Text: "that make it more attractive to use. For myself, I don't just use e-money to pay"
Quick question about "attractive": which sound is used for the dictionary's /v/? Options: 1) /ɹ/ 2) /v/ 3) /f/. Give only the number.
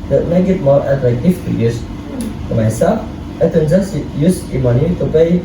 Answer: 3